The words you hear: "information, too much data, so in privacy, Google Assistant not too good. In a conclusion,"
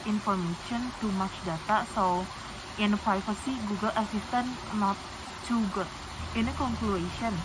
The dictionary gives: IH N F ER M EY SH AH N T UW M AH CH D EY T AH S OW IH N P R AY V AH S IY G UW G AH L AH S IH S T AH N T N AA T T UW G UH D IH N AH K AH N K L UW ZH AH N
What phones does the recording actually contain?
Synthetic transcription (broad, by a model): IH N F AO M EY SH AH N T UW M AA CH D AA T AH S OW IH N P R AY F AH S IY G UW G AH L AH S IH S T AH N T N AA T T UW G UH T IH N AH K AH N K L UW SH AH N